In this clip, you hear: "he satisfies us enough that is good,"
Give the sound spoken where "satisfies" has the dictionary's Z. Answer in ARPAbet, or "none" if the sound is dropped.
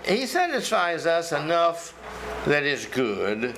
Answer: Z